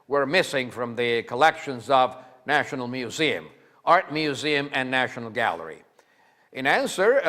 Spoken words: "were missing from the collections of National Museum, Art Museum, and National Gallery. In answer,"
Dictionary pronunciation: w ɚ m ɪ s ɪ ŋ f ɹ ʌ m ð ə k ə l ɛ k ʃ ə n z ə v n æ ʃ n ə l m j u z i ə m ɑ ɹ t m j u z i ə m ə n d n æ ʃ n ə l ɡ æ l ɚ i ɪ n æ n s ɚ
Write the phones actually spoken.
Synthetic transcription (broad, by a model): w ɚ m ɪ s ɪ ŋ f ɹ ʌ m ð ə k ə l ɛ k ʃ ə n z ə v n æ ʃ n l m j u z i ə m ɑ ɹ t m j u z i ə m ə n n æ ʃ n l ɡ æ l ɚ i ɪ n æ n s ɚ